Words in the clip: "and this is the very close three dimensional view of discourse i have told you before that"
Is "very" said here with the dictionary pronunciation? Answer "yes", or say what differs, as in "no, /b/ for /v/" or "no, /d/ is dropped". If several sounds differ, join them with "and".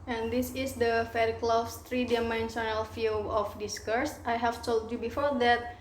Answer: no, /f/ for /v/